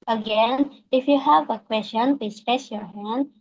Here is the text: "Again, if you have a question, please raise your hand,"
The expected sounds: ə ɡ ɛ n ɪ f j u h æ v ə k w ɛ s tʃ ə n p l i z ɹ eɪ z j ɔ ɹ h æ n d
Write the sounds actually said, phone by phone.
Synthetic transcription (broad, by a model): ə ɡ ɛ n ɪ f j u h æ v ə k w ɛ s tʃ ə n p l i s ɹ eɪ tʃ j ɔ ɹ h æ n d